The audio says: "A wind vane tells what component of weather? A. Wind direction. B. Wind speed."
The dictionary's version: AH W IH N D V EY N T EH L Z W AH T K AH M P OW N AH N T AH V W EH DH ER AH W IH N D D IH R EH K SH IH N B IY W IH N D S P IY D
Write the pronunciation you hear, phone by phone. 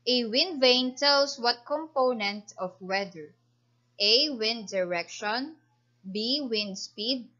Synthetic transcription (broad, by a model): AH W IH N D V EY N T EH L S W AH T K AH M P OW N AH N T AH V W EH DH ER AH W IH N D D IH R EH K SH IH N B IY W IH N D S P IY D